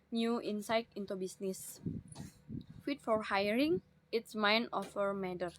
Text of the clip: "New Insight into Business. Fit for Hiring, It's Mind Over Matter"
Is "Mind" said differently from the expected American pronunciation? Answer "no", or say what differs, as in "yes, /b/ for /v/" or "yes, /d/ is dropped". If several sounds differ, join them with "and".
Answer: yes, /d/ is dropped